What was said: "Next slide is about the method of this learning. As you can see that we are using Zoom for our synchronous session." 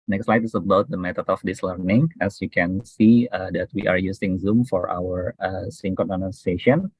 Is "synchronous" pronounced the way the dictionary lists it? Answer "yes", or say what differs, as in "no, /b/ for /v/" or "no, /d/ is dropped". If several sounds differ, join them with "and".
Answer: no, /ɹ/ is dropped